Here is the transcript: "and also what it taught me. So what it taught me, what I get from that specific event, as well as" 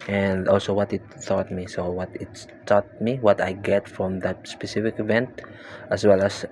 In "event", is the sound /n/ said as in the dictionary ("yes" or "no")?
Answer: yes